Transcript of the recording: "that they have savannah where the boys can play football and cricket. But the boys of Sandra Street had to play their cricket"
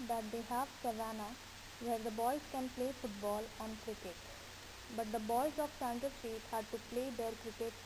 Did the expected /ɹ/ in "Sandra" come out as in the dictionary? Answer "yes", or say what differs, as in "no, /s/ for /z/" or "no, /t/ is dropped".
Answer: no, /ɹ/ is dropped